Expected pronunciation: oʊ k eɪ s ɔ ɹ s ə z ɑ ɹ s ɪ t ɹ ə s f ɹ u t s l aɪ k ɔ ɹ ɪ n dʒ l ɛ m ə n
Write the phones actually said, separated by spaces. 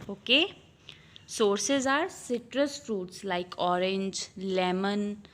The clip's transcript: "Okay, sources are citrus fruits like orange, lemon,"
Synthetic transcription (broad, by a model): oʊ k eɪ s ɔ ɹ s ə z ɑ ɹ s ɪ t ɹ ə s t ɹ u t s l aɪ k ɔ ɹ ɪ n dʒ l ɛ m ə n